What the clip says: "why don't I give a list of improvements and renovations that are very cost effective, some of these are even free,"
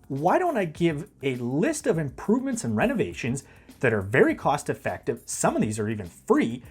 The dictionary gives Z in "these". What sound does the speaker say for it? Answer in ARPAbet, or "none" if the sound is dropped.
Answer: Z